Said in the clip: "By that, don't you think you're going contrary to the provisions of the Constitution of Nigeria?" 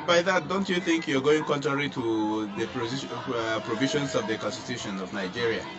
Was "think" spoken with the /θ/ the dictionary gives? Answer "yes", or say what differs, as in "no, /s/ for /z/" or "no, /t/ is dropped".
yes